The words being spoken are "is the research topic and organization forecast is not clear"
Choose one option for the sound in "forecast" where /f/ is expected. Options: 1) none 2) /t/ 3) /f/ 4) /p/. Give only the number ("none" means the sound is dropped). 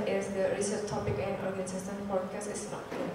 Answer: 4